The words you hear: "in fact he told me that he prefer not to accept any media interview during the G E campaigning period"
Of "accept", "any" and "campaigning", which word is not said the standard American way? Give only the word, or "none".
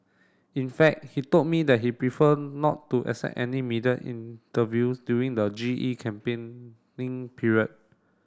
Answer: accept